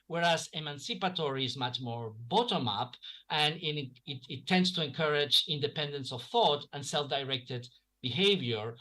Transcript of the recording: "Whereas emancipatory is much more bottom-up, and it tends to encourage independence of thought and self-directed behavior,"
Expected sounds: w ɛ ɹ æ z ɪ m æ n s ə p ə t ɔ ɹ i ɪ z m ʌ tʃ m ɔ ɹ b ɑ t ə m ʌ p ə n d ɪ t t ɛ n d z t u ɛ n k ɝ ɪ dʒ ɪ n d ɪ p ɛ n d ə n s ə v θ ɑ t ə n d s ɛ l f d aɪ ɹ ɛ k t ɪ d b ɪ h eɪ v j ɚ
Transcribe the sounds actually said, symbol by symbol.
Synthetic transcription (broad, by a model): w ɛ ɹ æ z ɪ m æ n s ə p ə t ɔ ɹ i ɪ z m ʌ tʃ m ɔ ɹ b ɑ t ə m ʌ p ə n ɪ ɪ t t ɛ n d s t u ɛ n k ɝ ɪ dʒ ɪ n d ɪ p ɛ n d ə n s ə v θ ɑ t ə n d s ɛ l f d aɪ ɹ ɛ k t ɪ d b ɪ h eɪ v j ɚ